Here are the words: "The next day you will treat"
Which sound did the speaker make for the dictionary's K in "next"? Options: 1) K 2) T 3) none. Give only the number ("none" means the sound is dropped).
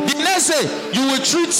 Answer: 3